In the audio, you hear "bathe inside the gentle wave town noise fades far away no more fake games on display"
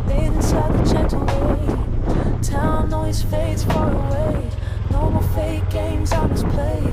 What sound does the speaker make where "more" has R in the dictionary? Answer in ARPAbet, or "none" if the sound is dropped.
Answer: L